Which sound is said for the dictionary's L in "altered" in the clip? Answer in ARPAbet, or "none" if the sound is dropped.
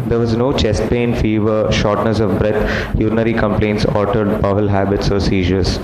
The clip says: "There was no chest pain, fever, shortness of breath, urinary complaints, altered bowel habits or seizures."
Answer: none